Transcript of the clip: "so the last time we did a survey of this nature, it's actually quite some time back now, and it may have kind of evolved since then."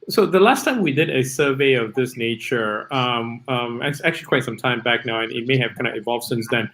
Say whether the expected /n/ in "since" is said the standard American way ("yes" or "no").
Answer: yes